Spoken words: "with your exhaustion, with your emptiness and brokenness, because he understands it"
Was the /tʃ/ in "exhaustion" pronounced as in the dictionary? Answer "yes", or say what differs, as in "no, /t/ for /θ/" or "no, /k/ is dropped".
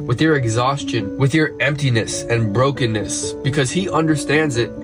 yes